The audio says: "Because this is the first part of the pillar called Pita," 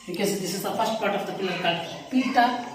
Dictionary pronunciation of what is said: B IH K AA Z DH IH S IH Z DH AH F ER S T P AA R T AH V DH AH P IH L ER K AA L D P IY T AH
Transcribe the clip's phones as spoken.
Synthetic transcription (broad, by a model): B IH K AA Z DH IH S IH Z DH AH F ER S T P AA R T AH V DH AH P IH L ER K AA D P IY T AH